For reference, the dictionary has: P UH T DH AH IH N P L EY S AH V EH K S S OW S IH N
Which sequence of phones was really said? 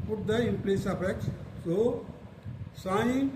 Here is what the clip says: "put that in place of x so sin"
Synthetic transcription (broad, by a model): P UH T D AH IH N P L EY S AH P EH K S S OW S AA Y